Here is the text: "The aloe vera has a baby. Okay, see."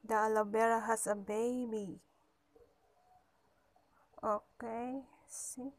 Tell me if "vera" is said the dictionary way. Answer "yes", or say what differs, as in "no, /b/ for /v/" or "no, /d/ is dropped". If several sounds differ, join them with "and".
no, /b/ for /v/